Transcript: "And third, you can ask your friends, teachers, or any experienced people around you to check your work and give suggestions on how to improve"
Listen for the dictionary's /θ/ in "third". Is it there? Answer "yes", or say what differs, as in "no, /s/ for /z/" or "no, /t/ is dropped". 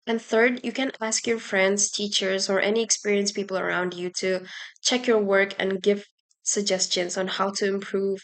yes